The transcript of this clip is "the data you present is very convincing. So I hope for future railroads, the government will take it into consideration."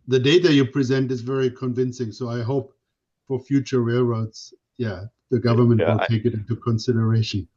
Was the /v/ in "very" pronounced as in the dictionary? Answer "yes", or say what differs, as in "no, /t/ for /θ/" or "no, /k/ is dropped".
yes